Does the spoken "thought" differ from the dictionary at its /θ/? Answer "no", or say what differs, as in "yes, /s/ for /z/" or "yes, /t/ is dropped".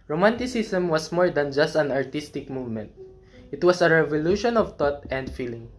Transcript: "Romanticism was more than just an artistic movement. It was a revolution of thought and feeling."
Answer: yes, /t/ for /θ/